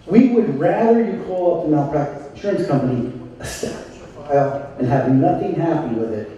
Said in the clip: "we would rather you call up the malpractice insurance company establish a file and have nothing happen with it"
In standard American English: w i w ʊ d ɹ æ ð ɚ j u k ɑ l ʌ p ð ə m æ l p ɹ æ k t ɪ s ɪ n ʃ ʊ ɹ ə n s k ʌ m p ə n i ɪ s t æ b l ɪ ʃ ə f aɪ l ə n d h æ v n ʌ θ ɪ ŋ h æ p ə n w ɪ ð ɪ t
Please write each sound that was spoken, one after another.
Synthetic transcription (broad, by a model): w i w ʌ d ɹ æ ð ɚ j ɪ k ɑ l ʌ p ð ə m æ p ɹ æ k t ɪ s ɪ n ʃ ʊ ɹ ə n s k ʌ m p ə n i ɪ s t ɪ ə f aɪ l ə n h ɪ v n ʌ θ ɪ ŋ h æ p ə n w ɪ ð ɪ t